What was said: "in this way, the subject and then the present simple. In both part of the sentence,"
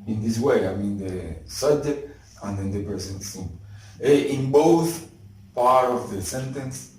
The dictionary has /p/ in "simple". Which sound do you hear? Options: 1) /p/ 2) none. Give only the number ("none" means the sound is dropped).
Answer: 2